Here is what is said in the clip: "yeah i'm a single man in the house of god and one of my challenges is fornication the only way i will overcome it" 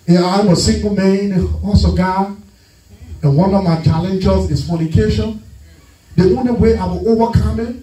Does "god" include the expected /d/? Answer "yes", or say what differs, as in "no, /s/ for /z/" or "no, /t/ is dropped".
no, /d/ is dropped